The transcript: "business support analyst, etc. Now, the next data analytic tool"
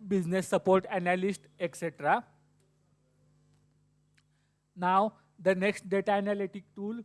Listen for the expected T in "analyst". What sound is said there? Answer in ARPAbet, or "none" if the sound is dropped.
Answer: T